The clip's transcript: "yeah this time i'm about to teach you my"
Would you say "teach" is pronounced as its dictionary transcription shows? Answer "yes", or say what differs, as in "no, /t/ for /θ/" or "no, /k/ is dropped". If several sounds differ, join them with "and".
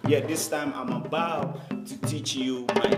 yes